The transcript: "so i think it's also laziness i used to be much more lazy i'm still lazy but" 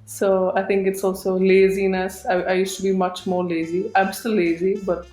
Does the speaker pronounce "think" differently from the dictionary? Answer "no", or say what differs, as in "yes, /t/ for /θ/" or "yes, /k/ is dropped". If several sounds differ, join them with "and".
yes, /t/ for /θ/